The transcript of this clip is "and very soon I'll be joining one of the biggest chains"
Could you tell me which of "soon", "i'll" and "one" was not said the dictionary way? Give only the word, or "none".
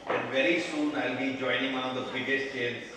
one